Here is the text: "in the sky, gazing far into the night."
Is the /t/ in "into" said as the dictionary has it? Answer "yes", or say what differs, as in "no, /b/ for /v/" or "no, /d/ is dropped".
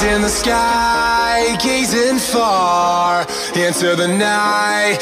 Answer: no, /s/ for /t/